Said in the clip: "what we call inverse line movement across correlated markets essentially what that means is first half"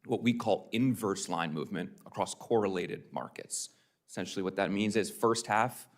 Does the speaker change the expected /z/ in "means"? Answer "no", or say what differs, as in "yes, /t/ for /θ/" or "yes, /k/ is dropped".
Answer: no